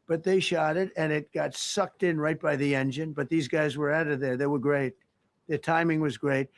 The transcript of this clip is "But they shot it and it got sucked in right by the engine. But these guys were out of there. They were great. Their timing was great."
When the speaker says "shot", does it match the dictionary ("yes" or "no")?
yes